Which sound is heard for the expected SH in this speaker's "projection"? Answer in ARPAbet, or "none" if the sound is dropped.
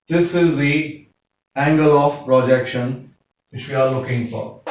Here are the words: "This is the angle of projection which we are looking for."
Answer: SH